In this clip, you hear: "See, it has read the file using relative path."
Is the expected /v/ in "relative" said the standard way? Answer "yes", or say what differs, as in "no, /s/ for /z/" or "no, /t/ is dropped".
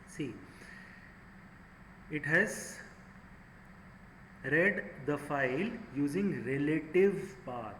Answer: yes